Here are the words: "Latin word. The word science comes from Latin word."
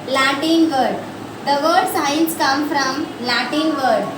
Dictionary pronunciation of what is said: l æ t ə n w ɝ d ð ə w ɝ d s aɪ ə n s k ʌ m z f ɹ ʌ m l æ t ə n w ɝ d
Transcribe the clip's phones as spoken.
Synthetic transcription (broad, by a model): l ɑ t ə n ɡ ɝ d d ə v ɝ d s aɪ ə n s k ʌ m f ɹ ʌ m l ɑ t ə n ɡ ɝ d